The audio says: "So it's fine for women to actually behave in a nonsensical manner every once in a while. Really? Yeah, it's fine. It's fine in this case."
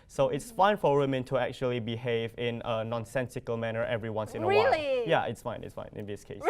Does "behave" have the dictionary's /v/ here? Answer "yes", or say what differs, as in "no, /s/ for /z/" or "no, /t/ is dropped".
yes